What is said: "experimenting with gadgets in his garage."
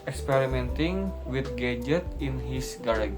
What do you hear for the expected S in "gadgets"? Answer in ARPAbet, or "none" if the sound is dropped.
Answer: none